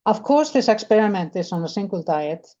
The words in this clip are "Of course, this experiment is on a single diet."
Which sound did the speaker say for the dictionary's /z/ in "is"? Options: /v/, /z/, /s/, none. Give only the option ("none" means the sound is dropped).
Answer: /s/